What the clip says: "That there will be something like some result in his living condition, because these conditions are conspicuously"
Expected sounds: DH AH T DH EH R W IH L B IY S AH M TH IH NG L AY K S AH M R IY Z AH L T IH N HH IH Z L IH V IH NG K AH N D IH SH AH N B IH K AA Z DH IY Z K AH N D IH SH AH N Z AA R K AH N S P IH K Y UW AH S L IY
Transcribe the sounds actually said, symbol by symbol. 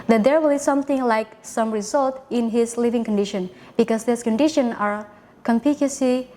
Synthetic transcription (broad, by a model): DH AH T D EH R W IH L B IY S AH M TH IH NG L AY K S AH M R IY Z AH L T IH N HH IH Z L IH V IH NG K AH N D IH SH AH N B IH K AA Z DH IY S K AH N D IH SH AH N AA R K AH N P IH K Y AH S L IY